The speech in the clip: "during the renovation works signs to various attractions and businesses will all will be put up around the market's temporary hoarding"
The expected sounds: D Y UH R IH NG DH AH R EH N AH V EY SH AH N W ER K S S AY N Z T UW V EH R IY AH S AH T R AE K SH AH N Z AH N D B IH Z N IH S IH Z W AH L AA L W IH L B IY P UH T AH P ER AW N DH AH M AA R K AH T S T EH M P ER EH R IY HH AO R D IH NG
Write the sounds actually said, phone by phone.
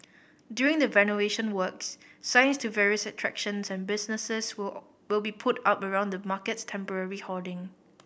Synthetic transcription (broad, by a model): D Y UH R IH NG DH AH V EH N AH EY SH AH N W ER K S S AY N S T UW V EH R IY AH S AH T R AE K SH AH N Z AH N B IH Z N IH S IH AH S W IH L B IY P UH T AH P ER AW N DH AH M AA K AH T S T EH M P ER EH R IY HH AO D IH NG